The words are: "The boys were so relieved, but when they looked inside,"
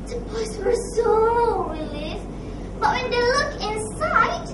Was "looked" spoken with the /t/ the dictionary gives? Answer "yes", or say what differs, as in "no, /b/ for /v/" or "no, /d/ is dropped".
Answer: no, /t/ is dropped